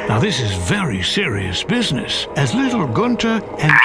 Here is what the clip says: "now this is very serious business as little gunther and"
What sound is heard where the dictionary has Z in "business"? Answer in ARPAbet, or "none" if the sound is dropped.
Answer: Z